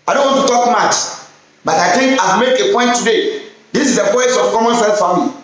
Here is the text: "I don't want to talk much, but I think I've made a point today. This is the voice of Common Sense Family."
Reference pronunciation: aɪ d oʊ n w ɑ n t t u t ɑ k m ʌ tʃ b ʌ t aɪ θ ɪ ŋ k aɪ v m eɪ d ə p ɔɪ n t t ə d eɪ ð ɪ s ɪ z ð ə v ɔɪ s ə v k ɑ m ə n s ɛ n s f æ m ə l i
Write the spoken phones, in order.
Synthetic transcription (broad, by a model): aɪ d oʊ n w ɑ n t t u t ɑ k m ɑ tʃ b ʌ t aɪ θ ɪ ŋ k aɪ m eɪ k ə p ɔɪ n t t ə d eɪ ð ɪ s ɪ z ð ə p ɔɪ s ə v k ɑ m ə n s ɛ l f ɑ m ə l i